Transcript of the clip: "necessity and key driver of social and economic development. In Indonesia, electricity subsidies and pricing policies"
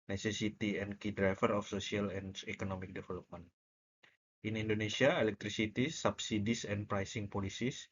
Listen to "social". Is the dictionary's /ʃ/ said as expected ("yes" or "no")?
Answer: no